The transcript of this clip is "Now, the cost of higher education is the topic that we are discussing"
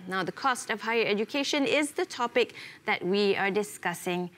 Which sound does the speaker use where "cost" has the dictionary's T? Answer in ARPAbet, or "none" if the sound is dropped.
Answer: T